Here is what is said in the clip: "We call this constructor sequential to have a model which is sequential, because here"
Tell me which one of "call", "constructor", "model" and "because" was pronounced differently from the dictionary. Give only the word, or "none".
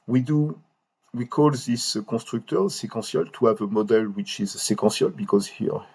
constructor